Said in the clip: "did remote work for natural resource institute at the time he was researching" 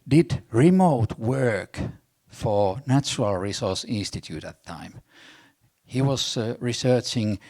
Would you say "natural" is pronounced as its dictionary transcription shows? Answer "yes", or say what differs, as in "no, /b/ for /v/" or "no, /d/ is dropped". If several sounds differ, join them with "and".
yes